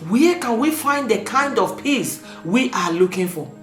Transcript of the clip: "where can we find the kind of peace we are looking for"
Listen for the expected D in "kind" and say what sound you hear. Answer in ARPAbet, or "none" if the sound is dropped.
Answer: D